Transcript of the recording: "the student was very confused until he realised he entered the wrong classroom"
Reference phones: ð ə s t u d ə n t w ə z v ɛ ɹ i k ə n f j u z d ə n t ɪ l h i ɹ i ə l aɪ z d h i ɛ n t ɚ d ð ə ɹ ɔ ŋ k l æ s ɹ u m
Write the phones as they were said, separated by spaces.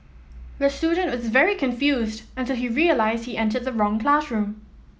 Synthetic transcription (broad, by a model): ð ə s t u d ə n t w ə z v ɛ ɹ i k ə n f j u z d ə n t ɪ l h i ɹ i ə l aɪ z d h i ɛ n t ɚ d ð ə ɹ ɔ ŋ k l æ s ɹ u m